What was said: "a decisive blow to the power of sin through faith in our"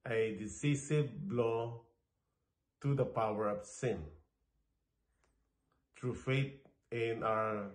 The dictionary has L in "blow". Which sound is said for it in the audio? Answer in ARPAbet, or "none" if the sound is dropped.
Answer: L